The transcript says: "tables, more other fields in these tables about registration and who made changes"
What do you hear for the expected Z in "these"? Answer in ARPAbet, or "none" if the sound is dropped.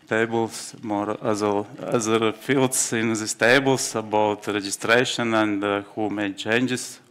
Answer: S